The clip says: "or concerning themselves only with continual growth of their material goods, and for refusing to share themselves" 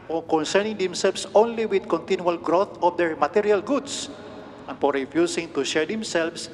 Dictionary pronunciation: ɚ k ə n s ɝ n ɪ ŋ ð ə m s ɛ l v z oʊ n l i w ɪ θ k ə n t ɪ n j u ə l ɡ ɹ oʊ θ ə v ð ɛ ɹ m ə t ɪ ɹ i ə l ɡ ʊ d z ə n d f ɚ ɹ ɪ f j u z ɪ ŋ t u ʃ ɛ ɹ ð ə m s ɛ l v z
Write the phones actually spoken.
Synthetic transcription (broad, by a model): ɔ k ə n s ɝ n ɪ ŋ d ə m s ɛ l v s oʊ n l i w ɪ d k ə n t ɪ n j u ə l ɡ ɹ oʊ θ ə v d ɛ ɹ m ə t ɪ ɹ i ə l ɡ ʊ d s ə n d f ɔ ɹ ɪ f j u s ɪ ŋ t u ʃ ɛ ɹ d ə m s ɛ l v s